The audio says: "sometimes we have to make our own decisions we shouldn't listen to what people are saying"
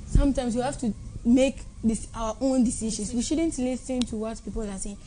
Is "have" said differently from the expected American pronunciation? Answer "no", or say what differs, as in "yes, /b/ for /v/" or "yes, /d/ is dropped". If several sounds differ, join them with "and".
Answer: yes, /f/ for /v/